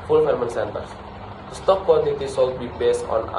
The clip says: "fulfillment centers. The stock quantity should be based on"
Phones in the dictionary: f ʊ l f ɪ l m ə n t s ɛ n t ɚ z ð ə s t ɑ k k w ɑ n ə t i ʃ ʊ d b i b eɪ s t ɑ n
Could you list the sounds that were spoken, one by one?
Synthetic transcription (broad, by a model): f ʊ l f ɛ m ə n s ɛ n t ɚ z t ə s t ɑ k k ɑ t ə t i s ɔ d b i b eɪ s t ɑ n